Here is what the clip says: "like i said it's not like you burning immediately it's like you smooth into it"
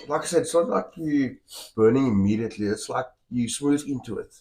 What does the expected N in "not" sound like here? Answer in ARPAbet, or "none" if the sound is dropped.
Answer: L